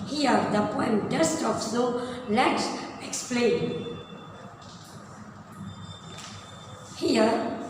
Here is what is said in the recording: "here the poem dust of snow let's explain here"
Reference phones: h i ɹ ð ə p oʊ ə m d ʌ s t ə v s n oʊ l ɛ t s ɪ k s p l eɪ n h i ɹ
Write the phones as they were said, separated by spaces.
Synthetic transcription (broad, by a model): h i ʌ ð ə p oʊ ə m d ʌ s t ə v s oʊ l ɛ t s ɪ k s p l eɪ n h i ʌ